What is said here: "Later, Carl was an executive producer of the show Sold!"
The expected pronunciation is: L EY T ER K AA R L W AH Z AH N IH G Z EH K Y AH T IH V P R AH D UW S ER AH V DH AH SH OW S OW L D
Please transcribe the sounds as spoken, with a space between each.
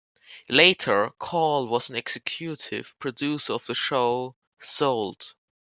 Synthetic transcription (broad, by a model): L EY T ER K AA L W AH Z AH N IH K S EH K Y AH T IH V P R AH D UW S ER AH V DH AH SH OW S OW L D